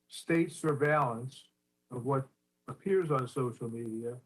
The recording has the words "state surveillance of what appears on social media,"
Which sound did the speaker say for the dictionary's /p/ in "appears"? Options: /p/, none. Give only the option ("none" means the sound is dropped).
/p/